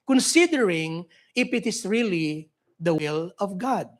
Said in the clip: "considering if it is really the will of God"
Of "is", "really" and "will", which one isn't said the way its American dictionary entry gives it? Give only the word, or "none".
is